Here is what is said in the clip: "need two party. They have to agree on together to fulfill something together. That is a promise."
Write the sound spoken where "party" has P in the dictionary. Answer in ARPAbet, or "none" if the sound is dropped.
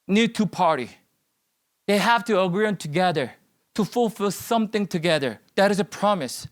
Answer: P